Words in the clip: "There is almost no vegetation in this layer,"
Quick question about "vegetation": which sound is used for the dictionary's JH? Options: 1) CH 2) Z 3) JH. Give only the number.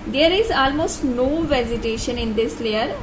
2